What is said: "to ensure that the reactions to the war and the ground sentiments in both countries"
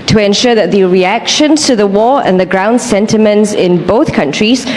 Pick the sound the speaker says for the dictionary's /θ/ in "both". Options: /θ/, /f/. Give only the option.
/θ/